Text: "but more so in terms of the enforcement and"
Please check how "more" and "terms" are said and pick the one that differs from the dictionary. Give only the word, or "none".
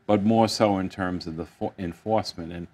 none